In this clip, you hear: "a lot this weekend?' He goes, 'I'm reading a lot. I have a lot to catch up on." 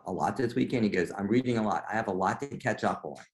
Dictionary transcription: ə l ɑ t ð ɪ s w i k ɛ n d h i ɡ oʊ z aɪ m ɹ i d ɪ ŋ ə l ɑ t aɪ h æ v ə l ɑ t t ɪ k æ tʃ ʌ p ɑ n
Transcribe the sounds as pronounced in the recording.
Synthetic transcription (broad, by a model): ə l ɑ t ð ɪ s w i k ɛ n d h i ɡ oʊ z aɪ m ɹ i d ɪ ŋ ə l ɑ t aɪ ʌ v ə l ɑ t t ɪ k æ tʃ ʌ p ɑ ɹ